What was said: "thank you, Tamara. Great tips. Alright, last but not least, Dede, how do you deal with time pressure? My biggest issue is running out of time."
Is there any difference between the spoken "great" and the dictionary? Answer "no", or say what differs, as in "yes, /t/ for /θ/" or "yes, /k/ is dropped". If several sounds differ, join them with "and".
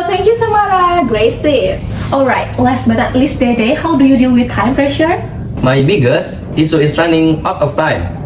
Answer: no